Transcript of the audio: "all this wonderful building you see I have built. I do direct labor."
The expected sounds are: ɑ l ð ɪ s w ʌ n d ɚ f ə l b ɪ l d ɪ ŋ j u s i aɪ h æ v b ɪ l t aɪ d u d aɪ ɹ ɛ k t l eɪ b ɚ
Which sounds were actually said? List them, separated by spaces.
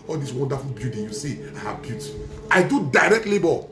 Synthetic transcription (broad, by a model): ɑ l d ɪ s w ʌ n d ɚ f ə l b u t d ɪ j u s i aɪ h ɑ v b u t aɪ d u d aɪ ɹ ɛ k t l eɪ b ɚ